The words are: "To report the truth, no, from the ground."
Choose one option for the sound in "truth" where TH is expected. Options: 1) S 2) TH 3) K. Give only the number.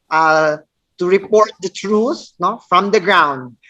1